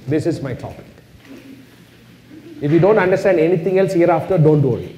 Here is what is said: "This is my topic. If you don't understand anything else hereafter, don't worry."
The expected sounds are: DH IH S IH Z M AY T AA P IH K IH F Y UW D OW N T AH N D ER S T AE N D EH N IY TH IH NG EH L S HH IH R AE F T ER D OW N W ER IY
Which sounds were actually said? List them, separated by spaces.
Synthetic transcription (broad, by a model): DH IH S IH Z M AY T AA P IH K IH F Y UW D OW N T AH N D ER S T AE N D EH N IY T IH NG EH L S HH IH R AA F T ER D OW N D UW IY